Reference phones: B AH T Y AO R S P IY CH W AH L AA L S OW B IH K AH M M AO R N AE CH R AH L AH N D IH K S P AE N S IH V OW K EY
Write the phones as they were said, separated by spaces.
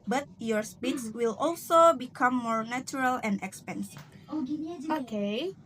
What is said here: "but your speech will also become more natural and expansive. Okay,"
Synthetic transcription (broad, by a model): B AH T Y AO R S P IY S W AH L AA L S OW B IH K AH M M AO R N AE CH R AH L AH N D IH K S P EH N S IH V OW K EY